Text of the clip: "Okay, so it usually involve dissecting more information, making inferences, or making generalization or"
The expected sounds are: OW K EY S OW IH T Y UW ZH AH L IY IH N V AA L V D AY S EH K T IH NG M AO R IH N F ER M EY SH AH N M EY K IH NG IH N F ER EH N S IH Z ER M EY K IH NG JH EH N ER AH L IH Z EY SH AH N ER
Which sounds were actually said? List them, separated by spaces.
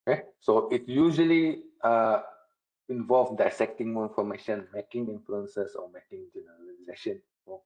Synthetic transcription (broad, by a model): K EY S OW IH T Y UW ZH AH L IY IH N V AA L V D AY S EH K T IH NG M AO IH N F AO M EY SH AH N M EY K IH NG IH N F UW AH N S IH S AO M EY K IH NG JH EH N ER AH L IH Z EY SH AH N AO